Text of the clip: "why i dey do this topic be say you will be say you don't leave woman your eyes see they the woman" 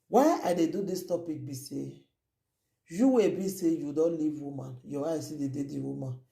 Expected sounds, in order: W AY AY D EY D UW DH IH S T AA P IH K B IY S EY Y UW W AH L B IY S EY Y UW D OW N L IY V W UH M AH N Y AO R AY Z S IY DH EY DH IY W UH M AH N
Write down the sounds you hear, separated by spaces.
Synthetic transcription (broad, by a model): W AY AY D EY D UW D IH S T AA P IH K B IY S EY Y UW W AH B IY S EY Y UW D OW N L IY V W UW M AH N Y AO W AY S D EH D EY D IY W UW M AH N